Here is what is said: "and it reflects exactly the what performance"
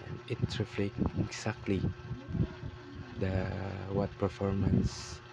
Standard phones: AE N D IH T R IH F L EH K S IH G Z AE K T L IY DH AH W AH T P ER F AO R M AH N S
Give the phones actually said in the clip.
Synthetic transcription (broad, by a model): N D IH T R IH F L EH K IH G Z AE K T L IY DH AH W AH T P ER F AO R M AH N S